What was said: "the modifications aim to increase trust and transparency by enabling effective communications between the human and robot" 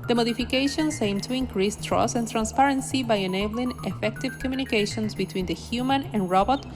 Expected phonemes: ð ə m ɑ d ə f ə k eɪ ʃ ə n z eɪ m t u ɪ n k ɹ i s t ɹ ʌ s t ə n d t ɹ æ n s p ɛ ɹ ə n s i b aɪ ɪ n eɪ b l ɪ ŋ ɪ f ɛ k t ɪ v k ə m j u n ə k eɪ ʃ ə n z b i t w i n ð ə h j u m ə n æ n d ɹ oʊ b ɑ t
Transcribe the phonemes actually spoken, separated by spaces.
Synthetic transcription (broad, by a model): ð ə m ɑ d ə f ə k eɪ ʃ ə n s eɪ m t u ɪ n k ɹ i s t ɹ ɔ s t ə n t ɹ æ n s p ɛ ɹ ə n s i b aɪ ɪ n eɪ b l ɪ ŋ ɪ f ɛ k t ɪ v k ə m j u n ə k eɪ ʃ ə n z b i t w i n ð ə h j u m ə n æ n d ɹ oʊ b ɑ t